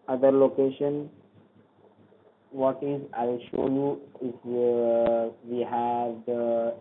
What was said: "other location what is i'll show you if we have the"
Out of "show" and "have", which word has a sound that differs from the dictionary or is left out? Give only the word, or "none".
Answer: none